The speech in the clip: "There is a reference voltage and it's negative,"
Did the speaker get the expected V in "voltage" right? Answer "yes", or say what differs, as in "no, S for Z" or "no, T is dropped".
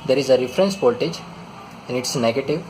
no, P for V